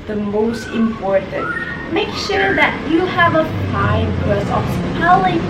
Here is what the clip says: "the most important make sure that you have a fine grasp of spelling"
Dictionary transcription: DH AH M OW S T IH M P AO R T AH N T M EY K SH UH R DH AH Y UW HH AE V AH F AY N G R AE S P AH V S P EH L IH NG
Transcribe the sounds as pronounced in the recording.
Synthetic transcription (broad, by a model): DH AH M OW S T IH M P AO R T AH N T M EY K SH UH R DH AH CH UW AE V AH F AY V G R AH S AH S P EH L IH